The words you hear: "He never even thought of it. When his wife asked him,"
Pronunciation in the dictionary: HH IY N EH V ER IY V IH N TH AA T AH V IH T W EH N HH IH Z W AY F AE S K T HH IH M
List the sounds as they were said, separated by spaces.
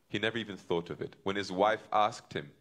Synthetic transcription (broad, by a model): HH IY N EH V ER IY V IH N TH AA T AH V IH T W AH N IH Z W AY F AE S K T HH IH M